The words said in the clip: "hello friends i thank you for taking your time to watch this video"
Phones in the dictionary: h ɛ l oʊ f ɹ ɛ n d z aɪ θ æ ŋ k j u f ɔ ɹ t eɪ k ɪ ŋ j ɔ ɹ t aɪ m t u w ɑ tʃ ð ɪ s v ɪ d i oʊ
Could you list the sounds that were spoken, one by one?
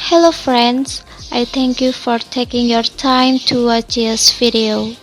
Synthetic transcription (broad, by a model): h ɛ l oʊ f ɹ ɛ n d s aɪ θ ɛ ŋ k j u f ɔ ɹ t eɪ k ɪ ŋ j ɔ ɹ t aɪ m t u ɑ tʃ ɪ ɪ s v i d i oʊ